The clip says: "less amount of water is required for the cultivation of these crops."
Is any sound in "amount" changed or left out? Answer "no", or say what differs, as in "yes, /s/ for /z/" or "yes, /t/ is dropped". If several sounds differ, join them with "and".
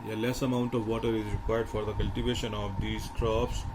no